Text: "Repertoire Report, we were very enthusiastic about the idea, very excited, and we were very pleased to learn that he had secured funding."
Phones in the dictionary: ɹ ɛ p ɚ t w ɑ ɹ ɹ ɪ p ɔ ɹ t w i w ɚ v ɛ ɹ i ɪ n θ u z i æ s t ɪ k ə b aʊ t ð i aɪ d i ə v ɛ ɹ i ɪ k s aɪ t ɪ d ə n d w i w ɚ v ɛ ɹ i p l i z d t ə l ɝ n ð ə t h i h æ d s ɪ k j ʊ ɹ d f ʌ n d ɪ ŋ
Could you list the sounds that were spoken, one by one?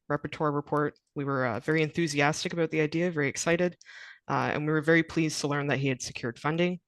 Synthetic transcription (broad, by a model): ɹ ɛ p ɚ t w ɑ ɹ ɹ ɪ p ɔ ɹ t w i w ɚ v ɛ ɹ i ɪ n θ u z i æ s t ɪ k ə b aʊ t ð i aɪ d i ə v ɛ ɹ i ɪ k s aɪ t ɪ d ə n w i w ɚ v ɛ ɹ i p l i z t ə l ɝ n ð ə t h i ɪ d s ɪ k j ʊ ɹ d f ʌ n d ɪ ŋ